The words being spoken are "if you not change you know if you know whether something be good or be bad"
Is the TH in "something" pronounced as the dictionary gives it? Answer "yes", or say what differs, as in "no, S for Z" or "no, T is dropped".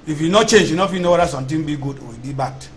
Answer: no, T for TH